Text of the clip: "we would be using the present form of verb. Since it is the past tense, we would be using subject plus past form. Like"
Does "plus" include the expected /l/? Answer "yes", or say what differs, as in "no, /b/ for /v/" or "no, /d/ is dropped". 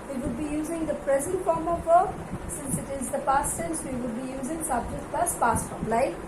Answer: no, /l/ is dropped